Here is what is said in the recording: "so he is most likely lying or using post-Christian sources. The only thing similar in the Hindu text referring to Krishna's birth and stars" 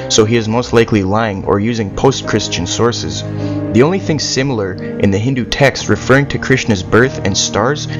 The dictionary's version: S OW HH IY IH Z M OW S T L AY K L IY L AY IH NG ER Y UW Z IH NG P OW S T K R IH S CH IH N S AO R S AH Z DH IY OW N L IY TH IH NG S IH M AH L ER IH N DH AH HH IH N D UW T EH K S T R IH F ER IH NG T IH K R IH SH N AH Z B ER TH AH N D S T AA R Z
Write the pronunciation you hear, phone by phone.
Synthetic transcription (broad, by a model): S OW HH IY IH Z M OW S T L AY K L IY L AY IH NG ER Y UW Z IH NG P OW S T K R IH S CH IH N S AO R S AH Z DH IY OW N L IY TH IH NG S IH M L ER IH N DH AH HH IH N D UW T EH K S T R IH F ER IH NG T IH K R IH SH N AH Z B ER TH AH N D S T AA R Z